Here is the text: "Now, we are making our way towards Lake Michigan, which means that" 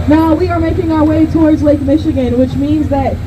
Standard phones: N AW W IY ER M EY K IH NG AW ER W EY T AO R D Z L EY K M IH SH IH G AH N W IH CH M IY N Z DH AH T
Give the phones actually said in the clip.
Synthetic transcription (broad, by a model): N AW W IY ER M EY K IH NG AW ER W EY T AO R D Z L EY K M IH SH IH G AH N W IH CH M IY N Z DH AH T